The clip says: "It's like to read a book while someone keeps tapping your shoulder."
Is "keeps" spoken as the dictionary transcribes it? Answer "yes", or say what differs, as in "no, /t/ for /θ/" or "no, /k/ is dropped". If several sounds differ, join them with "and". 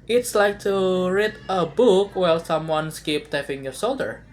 no, /s/ is dropped